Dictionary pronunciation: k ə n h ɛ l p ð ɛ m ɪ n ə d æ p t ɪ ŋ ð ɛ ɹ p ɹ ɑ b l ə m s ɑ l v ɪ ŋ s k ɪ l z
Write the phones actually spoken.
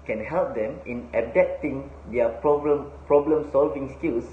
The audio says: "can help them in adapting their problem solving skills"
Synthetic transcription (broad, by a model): k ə n h ɛ l p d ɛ m ɪ n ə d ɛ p t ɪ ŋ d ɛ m p ɹ ɑ b l ə m s ɑ l v ɪ ŋ s k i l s